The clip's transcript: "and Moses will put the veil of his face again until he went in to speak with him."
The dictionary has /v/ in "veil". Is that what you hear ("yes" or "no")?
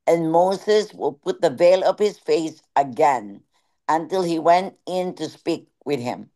yes